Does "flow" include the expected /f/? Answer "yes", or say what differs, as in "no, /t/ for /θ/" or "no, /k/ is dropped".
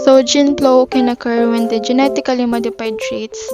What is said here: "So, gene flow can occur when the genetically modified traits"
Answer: no, /p/ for /f/